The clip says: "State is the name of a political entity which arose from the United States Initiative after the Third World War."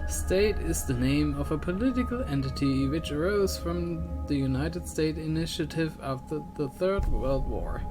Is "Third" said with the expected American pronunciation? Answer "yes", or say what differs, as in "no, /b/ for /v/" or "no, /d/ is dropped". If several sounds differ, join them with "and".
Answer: yes